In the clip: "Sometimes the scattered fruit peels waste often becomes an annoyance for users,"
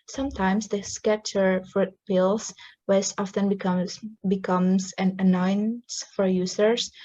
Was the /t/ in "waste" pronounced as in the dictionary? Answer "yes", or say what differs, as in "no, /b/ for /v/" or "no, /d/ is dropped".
no, /t/ is dropped